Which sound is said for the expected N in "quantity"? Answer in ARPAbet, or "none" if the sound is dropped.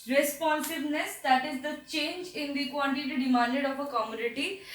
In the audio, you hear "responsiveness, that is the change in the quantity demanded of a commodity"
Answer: L